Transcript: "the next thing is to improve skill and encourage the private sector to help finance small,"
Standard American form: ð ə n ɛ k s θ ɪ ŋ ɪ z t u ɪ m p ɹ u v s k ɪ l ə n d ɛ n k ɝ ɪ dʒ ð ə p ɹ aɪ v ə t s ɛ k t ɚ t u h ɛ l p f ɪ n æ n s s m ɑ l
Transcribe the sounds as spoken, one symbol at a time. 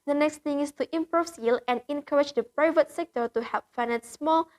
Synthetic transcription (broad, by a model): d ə n ɛ k s t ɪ ŋ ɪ s t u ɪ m p ɹ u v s ɪ l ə n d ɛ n k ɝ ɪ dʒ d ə p ɹ aɪ v ə t s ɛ k t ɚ t u h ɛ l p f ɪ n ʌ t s s m ɑ l